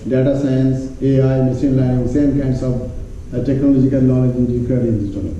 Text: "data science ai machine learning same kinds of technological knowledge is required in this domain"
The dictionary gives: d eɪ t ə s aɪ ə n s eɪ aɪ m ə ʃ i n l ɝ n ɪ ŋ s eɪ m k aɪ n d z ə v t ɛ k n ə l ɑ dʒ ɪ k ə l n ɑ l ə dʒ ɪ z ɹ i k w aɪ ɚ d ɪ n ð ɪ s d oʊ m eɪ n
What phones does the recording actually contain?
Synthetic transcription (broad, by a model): d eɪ t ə s aɪ ə n s eɪ aɪ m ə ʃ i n l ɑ ɪ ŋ s eɪ m k aɪ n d s ə v t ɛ k n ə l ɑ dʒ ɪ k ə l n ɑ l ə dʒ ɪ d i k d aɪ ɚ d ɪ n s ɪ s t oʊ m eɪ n